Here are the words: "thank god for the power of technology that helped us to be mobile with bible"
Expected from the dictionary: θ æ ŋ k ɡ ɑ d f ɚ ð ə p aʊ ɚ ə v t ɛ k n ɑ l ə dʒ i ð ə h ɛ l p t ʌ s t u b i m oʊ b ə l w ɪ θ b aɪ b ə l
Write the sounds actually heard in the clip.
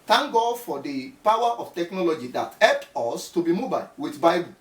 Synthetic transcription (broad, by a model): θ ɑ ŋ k ɡ ɑ d f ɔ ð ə p aʊ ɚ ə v t ɛ k n ɑ l ə dʒ i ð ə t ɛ p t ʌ s t u b i m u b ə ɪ w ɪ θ b aɪ b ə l